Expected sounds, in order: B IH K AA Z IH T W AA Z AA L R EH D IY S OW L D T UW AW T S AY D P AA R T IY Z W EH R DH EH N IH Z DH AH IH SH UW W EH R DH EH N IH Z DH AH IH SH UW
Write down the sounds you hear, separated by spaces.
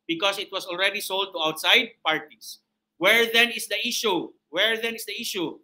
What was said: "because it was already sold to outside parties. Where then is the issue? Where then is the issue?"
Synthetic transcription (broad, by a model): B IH K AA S IH T W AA S AA L R EH D IY S OW L D T UW AW T S AY D P AA R T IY S W EH R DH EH N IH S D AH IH SH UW W EH R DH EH N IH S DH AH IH SH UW